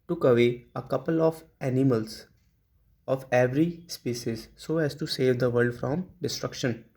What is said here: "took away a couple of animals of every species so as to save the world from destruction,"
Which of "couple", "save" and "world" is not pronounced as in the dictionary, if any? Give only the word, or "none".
world